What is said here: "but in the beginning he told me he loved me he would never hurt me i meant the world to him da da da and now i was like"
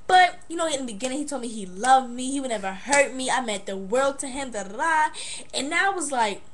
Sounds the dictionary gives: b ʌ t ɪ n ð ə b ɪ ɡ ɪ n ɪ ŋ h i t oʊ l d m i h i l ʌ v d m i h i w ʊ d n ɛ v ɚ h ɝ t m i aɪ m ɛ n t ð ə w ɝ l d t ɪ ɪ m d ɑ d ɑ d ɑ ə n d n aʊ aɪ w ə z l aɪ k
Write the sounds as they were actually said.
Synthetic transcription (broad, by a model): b ʌ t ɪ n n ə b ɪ ɡ ɪ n ɪ ŋ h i t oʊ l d m i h i l ʌ v m i h i w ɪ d n ɛ v ɚ h ɝ t m i aɪ m ɛ t ð ə w ɝ l d t ɪ ɪ m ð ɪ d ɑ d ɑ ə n n aʊ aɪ w ə z l aɪ k